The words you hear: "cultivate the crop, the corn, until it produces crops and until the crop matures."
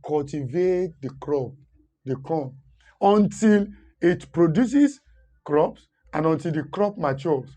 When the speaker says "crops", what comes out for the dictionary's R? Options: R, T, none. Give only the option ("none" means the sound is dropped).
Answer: R